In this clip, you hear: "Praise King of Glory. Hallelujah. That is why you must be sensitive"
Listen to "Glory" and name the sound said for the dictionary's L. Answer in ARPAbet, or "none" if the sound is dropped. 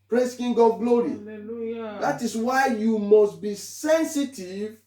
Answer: L